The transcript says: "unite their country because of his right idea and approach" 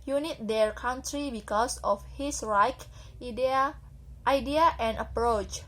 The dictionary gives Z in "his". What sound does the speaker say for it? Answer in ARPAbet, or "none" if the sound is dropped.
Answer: S